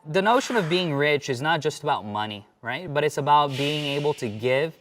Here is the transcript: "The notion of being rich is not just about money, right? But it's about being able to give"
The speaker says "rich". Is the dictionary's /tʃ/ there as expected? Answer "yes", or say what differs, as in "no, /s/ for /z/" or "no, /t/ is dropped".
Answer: yes